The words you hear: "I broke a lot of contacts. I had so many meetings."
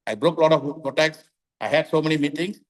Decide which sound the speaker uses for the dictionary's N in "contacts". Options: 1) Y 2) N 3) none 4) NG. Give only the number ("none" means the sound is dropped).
3